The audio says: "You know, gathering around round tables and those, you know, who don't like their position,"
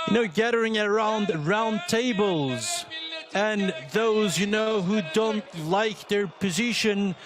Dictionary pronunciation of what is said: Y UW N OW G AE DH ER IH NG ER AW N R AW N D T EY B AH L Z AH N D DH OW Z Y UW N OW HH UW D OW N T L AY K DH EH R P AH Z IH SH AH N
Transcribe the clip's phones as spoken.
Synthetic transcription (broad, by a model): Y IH N OW G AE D ER IH NG ER AW N R AW N T EY B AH L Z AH N DH OW Z Y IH N OW HH UW D OW N T L AY K DH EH R P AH Z IH SH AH N